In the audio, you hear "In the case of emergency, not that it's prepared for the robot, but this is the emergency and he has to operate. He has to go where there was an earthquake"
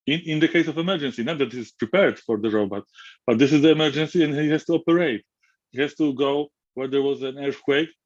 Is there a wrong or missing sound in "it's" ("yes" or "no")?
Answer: yes